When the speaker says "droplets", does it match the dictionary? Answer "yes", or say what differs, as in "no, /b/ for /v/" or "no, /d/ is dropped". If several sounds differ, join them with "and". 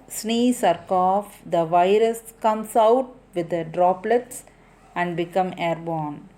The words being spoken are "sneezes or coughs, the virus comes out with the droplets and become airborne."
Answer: yes